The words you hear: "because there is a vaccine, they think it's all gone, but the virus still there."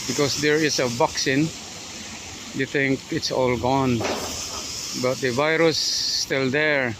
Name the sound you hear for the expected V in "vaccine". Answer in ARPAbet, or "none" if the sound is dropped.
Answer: B